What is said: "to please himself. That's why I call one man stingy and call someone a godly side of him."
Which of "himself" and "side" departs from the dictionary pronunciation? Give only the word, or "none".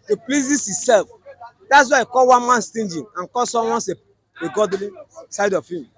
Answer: himself